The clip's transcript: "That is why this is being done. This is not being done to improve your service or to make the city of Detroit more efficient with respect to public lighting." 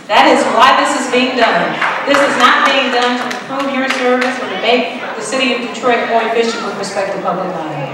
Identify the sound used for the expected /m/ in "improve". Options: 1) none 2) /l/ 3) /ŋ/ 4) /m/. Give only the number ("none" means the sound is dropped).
1